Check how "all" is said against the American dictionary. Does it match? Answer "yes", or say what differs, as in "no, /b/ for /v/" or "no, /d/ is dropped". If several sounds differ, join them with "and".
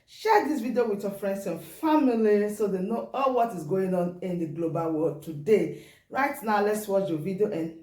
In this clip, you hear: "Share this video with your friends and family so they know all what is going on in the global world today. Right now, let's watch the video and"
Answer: yes